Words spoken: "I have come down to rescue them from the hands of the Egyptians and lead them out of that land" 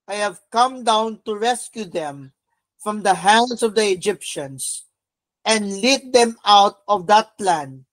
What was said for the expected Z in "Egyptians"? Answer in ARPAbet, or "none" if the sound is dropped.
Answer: S